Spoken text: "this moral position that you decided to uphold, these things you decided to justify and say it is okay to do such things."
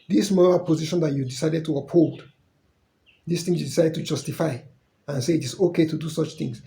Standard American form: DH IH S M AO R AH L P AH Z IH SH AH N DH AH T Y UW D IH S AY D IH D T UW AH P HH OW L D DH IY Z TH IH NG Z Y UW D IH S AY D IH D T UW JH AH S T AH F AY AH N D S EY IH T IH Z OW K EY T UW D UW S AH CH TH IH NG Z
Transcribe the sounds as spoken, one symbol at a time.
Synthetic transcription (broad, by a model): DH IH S M AO R AH L P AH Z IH SH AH N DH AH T Y UW D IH S AY D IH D T UW AH P HH OW L D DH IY S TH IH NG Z Y UW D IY S AY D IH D T UW JH AH S T AH F AY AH N S EY IH T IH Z OW K EY T UW D UW S AH CH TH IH NG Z